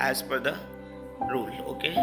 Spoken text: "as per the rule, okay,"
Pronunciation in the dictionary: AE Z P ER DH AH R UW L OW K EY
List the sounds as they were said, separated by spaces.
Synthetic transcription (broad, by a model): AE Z F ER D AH R UW L OW K EY